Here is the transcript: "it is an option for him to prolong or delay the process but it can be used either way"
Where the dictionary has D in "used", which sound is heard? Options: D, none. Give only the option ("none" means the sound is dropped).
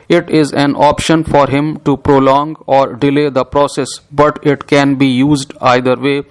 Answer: D